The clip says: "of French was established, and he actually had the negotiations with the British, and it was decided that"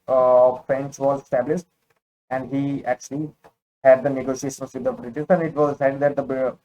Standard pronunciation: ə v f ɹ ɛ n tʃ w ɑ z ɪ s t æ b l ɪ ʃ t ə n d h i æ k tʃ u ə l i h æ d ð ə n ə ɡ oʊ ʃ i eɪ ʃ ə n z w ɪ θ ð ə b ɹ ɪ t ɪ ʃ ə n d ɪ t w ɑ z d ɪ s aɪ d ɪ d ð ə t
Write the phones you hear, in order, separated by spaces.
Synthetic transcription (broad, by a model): f ɹ ɛ n tʃ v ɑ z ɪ s t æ b l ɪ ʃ t ə n d h i æ k tʃ u ə l i h æ d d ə n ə ɡ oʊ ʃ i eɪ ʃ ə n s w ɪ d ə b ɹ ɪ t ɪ s ə n d ɪ t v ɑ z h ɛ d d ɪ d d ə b